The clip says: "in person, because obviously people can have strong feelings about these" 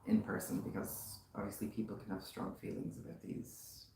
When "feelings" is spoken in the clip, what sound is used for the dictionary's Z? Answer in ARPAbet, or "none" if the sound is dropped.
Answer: Z